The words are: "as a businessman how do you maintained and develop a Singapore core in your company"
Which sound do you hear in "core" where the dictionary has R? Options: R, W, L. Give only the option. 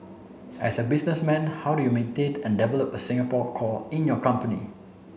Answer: L